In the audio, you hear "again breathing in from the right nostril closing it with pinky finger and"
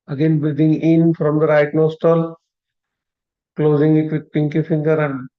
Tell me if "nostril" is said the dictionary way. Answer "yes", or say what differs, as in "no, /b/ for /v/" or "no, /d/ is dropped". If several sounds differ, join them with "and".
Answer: no, /ɹ/ is dropped